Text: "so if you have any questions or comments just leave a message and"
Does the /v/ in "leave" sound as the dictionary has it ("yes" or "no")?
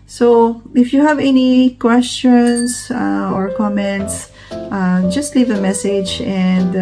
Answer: yes